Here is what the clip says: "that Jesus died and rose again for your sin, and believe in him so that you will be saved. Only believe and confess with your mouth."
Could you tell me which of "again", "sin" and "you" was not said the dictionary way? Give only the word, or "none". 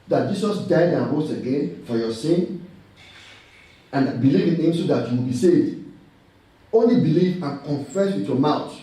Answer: none